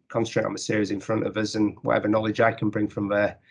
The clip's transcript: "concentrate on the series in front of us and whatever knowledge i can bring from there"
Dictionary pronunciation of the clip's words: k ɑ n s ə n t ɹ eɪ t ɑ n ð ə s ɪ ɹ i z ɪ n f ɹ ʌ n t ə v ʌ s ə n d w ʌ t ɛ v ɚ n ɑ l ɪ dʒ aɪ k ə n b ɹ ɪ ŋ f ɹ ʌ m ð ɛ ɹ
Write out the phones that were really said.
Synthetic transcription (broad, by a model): k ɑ n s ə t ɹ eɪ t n ð ə s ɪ ɹ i z ɪ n f ɹ ʌ n t ə v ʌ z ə n w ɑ t ɛ v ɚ n ɑ l ɪ dʒ aɪ k ə n b ɹ ɪ ŋ f ɹ ʌ m ð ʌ